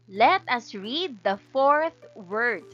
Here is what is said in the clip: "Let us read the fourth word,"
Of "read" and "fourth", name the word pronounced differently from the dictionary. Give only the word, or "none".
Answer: none